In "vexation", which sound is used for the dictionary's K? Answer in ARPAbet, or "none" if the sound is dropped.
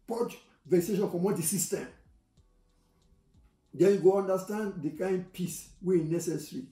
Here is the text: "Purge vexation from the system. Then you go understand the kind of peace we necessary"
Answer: none